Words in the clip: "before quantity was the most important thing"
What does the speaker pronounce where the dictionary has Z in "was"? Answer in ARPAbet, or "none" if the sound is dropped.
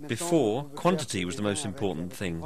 Z